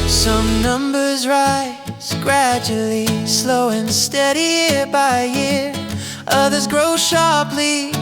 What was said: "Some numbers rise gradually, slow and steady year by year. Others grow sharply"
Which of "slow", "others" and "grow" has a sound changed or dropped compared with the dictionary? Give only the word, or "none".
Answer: none